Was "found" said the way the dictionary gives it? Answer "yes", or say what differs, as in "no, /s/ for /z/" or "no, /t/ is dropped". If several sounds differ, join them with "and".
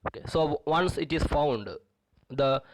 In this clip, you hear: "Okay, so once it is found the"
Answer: yes